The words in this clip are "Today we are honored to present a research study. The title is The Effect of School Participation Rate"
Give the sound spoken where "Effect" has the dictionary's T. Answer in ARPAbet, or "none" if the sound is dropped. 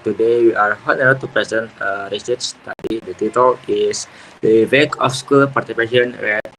none